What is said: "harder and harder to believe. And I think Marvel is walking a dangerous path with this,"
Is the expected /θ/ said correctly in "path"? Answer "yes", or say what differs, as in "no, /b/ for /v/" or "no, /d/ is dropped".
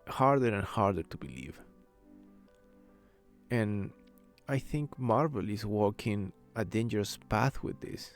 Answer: yes